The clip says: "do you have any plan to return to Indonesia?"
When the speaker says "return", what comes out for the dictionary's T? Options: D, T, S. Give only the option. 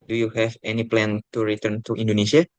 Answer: T